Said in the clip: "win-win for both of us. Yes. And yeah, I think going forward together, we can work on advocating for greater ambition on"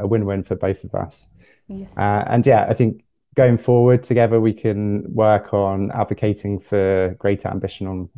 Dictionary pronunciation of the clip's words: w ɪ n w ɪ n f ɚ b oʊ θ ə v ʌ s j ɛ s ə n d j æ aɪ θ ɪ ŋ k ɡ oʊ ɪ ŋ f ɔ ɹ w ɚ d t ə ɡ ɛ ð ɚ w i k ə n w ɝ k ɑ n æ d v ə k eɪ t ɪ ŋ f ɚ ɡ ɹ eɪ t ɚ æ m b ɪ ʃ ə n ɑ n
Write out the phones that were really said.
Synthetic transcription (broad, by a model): w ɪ n w ɪ n f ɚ b oʊ θ ə v ʌ s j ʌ ə n j æ aɪ θ ɪ ŋ k ɡ oʊ ɪ ŋ f ɔ w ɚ d t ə ɡ ɛ ð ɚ w i k ə n w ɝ k n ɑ d v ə k eɪ t ɪ ŋ f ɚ ɡ ɹ eɪ t ɚ æ m b ɪ ʃ ə n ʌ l